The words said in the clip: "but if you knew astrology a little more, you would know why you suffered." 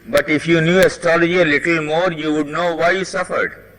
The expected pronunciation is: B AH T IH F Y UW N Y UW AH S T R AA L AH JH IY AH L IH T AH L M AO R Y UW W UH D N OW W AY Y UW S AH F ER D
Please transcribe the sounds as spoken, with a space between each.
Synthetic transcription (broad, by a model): B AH T IH F Y UW N Y UW AH S T R AA L AH JH IY AH L IH T AH L M AO R Y UW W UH D N OW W AY Y UW S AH F ER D